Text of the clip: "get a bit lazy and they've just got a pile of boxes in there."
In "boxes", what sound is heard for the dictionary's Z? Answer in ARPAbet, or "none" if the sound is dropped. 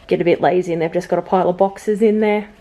Z